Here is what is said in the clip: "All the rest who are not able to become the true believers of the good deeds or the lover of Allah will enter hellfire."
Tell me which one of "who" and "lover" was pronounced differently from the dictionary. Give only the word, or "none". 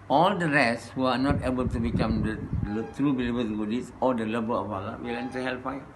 lover